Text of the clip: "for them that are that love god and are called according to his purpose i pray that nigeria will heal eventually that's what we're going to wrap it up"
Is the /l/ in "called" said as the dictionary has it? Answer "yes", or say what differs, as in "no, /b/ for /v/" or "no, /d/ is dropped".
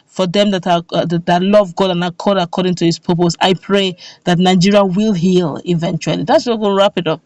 no, /l/ is dropped